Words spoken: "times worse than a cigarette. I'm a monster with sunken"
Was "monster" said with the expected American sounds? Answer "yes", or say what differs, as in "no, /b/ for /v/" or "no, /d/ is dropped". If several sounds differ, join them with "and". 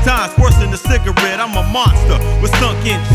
yes